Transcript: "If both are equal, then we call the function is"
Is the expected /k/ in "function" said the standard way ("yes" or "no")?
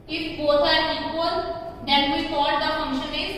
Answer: yes